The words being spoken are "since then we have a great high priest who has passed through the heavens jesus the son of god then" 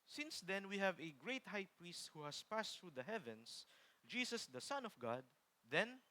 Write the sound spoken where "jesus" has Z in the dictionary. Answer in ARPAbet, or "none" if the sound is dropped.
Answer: S